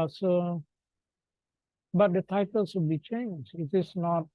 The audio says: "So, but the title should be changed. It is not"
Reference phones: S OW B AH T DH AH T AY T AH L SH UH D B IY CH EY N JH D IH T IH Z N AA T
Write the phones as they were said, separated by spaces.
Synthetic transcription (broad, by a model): S OW B AH T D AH T AY T AH L S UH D B IY CH EY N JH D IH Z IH S N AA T